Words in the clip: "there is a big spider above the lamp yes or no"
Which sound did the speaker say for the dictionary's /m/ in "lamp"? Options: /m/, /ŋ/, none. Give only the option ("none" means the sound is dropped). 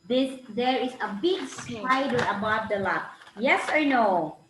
none